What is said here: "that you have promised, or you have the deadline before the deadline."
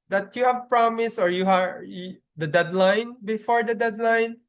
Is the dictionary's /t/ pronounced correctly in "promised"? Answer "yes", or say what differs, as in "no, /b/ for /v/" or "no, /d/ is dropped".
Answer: no, /t/ is dropped